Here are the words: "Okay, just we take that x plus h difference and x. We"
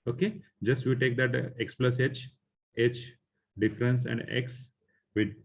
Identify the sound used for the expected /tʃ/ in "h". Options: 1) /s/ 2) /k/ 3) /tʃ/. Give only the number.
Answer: 3